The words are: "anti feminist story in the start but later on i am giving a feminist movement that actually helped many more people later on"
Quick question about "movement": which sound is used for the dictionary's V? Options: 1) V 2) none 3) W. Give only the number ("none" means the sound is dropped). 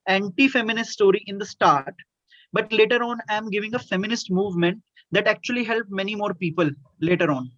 1